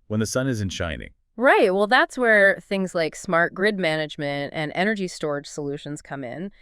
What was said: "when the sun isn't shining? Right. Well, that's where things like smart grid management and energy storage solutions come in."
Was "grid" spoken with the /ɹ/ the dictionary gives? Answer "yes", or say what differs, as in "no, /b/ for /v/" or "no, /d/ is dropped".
yes